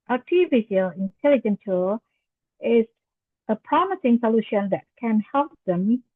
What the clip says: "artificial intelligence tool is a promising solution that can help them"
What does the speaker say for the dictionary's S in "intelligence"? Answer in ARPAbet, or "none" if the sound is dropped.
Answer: none